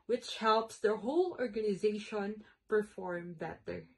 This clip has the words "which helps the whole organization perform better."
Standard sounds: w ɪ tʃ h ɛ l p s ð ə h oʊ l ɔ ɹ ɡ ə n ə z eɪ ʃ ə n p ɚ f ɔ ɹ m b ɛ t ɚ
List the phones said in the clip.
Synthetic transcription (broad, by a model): w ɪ tʃ h ɛ l p s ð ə h oʊ l ɔ ɹ ɡ ə n ə z eɪ ʃ ə n p ɚ f ɔ ɹ m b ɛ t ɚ